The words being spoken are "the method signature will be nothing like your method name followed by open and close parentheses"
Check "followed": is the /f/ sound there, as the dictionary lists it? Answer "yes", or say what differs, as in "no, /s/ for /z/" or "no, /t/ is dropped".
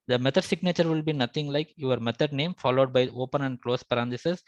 yes